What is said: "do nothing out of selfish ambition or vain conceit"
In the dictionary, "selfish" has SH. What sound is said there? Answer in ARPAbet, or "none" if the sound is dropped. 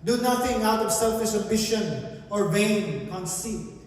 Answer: S